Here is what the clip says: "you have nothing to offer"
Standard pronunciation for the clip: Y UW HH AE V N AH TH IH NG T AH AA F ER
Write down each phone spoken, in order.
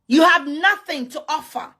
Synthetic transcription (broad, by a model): Y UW HH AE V N AH TH IH NG T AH AA F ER